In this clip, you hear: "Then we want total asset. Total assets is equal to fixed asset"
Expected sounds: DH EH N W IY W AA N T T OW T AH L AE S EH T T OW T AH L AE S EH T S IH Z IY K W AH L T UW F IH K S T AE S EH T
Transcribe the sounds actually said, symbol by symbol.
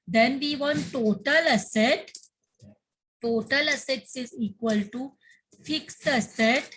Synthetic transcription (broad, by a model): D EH N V IY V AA N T T OW T AH L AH S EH T T OW T AH L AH S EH T S IH Z IY K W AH L T UW F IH K S AH S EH T